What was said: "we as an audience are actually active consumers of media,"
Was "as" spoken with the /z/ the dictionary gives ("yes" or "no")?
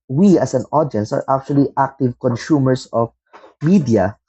no